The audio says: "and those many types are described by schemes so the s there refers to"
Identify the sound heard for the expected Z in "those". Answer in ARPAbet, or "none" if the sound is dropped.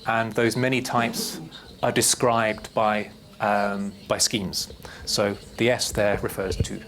Z